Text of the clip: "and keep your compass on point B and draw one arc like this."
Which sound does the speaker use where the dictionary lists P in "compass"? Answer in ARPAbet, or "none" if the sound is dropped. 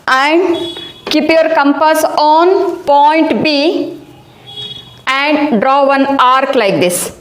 P